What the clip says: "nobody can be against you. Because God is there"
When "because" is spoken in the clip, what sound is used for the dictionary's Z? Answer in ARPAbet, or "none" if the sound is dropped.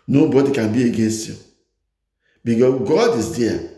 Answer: S